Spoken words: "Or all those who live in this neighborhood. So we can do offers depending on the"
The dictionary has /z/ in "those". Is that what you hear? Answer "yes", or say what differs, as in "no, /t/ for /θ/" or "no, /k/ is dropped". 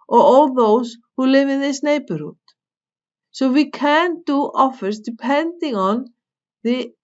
no, /s/ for /z/